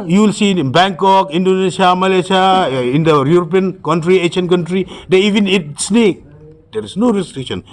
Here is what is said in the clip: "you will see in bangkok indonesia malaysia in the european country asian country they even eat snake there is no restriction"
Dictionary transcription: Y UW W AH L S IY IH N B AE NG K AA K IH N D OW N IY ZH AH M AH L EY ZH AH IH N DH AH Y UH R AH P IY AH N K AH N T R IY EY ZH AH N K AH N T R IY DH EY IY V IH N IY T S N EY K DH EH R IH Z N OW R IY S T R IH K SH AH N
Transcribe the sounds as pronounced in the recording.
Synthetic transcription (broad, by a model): Y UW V L S IY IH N B AE NG K AA K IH N D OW N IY SH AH M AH L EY SH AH IH N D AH Y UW R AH P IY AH N K AH N T R IY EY SH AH N K AH N T R IY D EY IY V IH N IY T S N EY K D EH R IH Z N OW R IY S T R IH K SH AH N